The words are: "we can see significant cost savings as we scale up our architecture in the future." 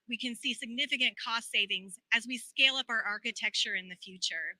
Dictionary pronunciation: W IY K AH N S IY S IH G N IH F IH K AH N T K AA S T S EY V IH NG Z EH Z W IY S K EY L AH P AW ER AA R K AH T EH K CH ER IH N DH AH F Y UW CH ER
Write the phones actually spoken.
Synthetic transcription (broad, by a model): W IY K AH N S IY S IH G N IH F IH K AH N K AA S T S EY V IH NG Z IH Z W IY S K EY L AH P AW ER AA R K AH T EH K CH ER IH N DH AH F Y UW CH ER